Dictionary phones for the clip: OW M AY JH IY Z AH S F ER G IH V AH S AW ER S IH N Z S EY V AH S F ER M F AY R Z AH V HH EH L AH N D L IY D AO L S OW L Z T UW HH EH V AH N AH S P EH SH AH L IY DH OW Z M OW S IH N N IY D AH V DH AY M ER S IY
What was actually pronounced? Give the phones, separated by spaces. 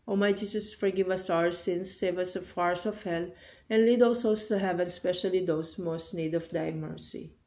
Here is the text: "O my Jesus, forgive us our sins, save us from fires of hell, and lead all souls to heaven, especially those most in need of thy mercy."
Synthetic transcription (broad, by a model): OW M AY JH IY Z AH S F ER G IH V AH S AW ER S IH N S EY V AH S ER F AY R S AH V HH EH L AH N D L IY D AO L S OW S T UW HH EH V AH N S P EH SH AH L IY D OW S M OW S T N IY D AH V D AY M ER S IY